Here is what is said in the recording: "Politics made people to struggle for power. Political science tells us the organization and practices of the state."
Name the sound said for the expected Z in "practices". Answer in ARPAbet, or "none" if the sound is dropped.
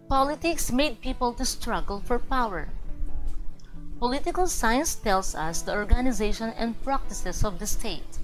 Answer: S